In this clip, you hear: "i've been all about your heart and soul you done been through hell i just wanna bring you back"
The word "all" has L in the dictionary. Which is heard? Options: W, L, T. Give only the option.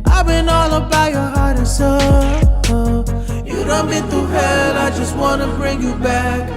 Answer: L